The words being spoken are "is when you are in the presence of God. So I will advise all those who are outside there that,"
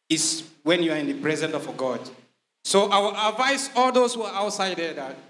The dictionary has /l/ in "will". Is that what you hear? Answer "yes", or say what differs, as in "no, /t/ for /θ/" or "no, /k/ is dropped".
no, /w/ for /l/